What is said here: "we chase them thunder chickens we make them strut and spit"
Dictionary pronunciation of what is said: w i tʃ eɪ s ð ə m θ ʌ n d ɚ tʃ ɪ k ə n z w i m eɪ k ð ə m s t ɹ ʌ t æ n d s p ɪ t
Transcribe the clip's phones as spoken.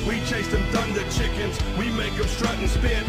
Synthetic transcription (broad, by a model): w i tʃ eɪ s ð ə m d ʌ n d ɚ tʃ ɪ k ə n z w i m eɪ k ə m s t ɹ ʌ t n s p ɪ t